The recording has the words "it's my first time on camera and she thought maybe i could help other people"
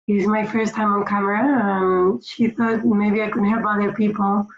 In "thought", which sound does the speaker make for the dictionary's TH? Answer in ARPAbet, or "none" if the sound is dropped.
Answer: TH